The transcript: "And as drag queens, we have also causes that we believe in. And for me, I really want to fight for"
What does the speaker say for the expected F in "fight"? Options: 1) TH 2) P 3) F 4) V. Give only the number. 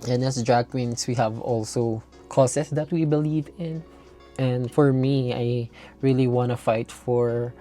3